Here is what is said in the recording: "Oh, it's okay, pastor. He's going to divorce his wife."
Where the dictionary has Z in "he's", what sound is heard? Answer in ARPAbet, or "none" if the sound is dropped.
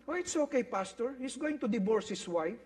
S